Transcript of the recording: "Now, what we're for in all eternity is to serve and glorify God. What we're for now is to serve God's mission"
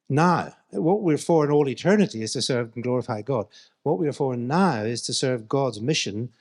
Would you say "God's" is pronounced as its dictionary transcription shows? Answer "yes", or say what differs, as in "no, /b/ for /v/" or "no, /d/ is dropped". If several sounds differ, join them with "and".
yes